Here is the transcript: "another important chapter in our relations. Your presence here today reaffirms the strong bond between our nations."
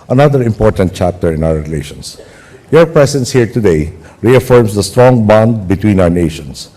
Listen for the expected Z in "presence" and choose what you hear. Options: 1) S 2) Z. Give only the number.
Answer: 1